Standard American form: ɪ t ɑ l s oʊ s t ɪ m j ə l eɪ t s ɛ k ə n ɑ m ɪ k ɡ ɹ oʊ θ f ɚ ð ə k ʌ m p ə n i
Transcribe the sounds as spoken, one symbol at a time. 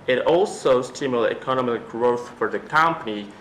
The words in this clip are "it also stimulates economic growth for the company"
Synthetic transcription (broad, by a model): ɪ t ɑ l s oʊ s t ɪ m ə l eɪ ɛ k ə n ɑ m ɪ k ɡ ɹ oʊ θ f ɚ ð ə k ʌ m p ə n i